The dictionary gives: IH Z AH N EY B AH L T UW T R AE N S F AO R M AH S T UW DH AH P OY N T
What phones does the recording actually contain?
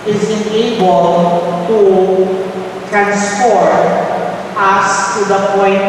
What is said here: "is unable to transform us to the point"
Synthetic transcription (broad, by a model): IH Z AH N EY B AH L T UW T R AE N S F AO R AH S T UW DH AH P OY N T